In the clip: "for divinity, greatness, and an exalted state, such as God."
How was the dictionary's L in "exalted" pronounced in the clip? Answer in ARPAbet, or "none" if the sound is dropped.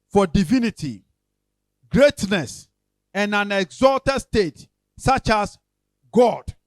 L